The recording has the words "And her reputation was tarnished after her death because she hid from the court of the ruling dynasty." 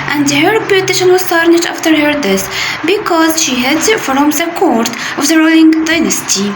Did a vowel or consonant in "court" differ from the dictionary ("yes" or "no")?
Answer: no